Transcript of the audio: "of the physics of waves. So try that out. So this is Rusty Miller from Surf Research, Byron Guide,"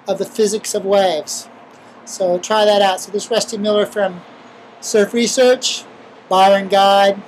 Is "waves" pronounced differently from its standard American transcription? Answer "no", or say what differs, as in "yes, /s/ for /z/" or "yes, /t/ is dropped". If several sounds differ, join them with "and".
no